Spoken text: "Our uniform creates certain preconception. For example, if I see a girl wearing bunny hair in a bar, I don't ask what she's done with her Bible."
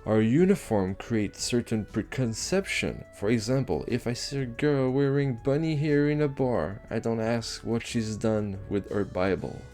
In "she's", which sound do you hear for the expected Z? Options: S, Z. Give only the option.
Z